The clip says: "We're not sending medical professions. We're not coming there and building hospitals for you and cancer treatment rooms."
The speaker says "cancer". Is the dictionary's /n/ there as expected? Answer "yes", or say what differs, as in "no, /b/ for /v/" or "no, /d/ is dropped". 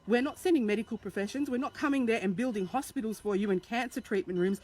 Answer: yes